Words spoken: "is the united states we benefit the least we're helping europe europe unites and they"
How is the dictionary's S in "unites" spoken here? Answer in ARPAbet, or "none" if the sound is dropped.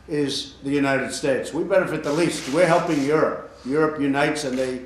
S